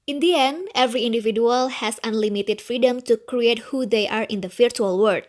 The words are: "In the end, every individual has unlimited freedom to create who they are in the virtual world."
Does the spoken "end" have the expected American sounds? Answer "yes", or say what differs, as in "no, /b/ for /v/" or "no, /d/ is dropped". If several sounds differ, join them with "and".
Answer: no, /d/ is dropped